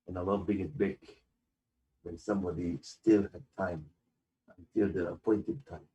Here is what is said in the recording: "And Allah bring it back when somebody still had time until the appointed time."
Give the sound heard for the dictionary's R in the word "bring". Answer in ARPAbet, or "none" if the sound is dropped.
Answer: none